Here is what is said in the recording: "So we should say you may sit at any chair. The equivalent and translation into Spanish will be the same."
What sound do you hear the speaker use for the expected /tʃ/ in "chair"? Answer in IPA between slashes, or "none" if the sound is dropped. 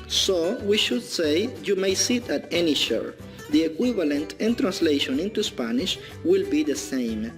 /ʃ/